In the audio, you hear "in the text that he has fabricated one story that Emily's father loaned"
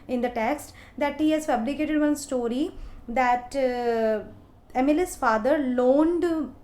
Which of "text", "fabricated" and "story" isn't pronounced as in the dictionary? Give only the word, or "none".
fabricated